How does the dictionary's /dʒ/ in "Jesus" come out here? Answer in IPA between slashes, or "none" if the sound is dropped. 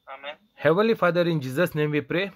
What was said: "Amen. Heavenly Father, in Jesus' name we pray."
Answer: /dʒ/